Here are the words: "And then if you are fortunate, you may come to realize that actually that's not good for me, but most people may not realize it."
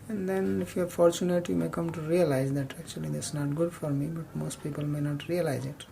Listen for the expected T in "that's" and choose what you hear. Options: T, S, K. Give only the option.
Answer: S